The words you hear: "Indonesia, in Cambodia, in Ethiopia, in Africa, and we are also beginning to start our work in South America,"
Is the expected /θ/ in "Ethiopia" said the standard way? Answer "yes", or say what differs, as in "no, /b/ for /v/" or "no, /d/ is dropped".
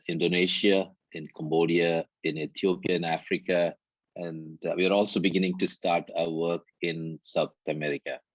no, /t/ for /θ/